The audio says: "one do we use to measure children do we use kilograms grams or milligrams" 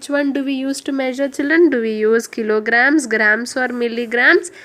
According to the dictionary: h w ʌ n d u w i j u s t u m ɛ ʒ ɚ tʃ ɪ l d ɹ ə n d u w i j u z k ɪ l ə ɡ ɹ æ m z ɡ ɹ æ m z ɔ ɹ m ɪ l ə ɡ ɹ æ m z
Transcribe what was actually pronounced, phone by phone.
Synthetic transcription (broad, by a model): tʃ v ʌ n d u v i j u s t u m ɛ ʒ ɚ tʃ ɪ l d ɹ ə n d u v i j u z k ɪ l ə ɡ ɹ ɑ m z ɡ ɹ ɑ m s ɔ ɹ m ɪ l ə ɡ ɹ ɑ m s